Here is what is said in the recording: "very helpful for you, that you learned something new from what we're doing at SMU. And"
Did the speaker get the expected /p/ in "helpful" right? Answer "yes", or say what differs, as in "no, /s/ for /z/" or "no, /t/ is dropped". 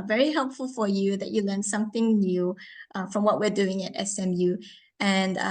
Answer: yes